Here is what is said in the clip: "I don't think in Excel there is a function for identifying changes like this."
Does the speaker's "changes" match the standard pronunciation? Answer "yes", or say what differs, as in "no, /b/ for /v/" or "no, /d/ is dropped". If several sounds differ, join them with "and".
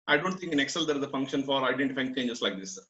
no, /s/ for /z/